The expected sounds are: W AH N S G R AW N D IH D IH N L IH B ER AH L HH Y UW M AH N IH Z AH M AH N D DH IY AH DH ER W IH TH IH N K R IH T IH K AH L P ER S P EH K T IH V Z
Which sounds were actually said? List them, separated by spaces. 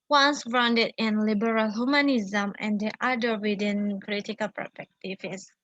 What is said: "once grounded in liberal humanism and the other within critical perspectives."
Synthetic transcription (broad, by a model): W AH N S G R AW N D IH D IH N L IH B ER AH L HH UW M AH N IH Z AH M AH N D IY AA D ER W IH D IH N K R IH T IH K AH L P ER S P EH K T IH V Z